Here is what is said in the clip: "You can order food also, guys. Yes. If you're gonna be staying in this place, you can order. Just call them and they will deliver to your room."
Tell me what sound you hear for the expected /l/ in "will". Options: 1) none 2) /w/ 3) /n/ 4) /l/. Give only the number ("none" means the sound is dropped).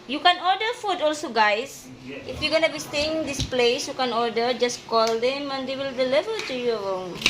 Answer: 4